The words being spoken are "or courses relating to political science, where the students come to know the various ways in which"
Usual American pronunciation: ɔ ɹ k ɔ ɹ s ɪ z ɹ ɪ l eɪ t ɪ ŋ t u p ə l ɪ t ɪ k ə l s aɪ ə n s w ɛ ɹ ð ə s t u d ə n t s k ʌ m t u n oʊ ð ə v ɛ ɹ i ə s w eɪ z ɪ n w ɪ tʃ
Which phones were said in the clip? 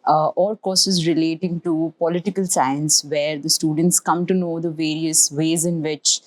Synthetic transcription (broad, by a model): ɔ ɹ k ɔ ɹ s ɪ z ɹ ɪ l eɪ t ɪ ŋ t u p ə l ɪ t ɪ k ə l s aɪ ə n s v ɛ ɹ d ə s t u d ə n t s k ʌ m t u n oʊ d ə v ɛ ɹ i ə s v eɪ z ɪ n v ɪ tʃ